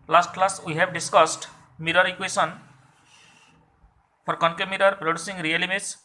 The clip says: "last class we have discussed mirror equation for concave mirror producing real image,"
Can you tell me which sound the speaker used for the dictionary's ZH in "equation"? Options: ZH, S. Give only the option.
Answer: S